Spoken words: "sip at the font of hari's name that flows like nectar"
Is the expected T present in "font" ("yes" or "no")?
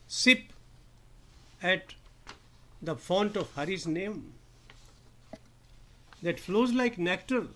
yes